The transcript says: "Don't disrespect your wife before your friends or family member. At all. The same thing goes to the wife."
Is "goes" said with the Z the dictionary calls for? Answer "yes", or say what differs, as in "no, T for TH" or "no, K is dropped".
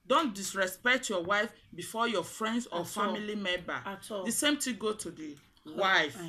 no, Z is dropped